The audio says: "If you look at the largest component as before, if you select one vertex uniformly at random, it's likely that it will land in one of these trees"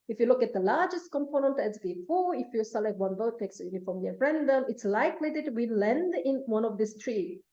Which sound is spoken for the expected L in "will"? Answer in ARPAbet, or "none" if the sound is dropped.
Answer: N